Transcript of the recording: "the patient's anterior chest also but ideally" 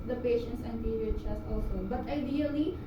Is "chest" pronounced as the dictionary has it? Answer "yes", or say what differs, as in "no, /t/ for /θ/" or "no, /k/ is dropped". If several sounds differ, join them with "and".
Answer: no, /t/ is dropped